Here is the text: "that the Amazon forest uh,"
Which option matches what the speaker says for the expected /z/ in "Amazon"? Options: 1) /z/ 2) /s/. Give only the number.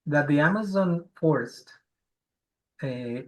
1